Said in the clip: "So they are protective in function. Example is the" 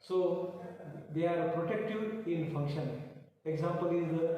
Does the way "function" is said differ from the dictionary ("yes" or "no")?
no